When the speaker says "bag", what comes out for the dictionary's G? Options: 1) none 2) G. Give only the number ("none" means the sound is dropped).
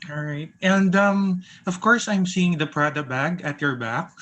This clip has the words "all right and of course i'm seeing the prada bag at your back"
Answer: 2